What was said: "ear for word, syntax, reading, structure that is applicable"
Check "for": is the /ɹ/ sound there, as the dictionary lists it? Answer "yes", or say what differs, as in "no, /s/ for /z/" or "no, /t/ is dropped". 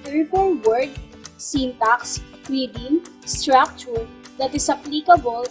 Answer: no, /l/ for /ɹ/